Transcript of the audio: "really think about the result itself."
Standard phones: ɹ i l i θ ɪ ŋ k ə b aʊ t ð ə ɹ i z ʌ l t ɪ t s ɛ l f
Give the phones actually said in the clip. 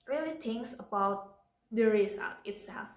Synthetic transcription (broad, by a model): ɹ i l i t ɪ ŋ k ə b aʊ t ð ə ɹ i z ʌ t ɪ t s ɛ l f